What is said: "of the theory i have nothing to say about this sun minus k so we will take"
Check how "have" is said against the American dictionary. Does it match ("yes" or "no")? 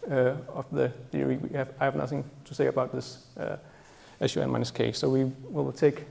yes